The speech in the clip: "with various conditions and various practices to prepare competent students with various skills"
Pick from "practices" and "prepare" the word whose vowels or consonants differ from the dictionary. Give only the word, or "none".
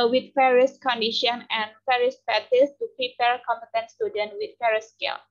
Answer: practices